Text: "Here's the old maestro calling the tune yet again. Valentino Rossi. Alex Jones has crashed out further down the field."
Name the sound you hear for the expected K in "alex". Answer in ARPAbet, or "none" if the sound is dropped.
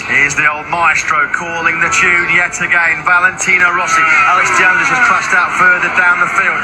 none